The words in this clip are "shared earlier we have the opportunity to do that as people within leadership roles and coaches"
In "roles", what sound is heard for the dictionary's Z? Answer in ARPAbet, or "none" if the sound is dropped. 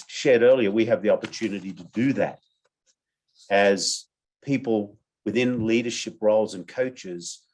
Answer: Z